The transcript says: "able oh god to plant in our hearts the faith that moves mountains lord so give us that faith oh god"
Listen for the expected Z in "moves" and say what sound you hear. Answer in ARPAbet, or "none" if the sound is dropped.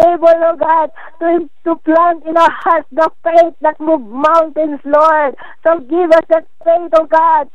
none